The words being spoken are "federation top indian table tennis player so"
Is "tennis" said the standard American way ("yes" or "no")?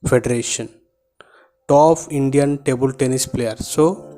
yes